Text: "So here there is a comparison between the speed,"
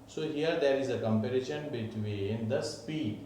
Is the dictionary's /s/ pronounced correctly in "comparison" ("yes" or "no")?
no